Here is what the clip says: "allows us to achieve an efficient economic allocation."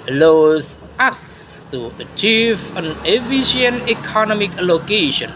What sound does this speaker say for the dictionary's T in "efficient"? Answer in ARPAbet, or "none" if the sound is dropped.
none